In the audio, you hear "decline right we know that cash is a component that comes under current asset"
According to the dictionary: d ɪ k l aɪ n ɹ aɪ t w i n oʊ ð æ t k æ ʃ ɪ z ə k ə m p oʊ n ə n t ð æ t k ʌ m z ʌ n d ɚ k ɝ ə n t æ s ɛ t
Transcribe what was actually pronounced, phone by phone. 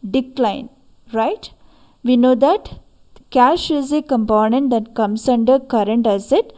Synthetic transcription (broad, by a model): d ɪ k l aɪ n ɹ aɪ t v i n oʊ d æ t k æ ʃ ɪ z ə k ə m p oʊ n ə n t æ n k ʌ m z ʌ n d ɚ k ɝ ə n t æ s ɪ t